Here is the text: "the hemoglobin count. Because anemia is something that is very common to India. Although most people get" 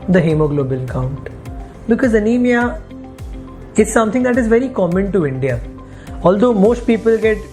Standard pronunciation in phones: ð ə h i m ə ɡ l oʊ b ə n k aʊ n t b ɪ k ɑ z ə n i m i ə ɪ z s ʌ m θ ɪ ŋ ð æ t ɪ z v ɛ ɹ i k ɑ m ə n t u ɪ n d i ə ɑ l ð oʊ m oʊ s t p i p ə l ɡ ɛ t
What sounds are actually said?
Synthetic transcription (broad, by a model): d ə h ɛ m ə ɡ l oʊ b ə l k aʊ n t b ɪ k ɑ z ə n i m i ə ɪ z s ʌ m t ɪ ŋ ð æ t ɪ z v ɛ ɹ i k ɑ m ə n t u ɪ n d i ə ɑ l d oʊ m oʊ s t p i p ə l ɡ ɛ t